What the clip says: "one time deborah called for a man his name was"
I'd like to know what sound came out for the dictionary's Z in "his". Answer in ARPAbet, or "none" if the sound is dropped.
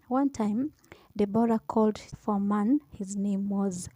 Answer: Z